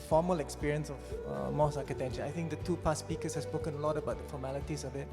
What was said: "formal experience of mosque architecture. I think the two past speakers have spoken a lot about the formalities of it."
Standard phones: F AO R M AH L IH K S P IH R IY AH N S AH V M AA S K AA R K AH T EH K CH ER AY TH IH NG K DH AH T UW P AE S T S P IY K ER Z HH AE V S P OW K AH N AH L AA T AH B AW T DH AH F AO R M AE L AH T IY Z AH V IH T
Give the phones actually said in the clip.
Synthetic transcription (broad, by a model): F AO M AH L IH K S P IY R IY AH N S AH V M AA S AA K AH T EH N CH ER AY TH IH NG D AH T UW P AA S S P IY K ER S HH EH S P OW K AH N AH L AA T AH B AW T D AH F AO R M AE L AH T IY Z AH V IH T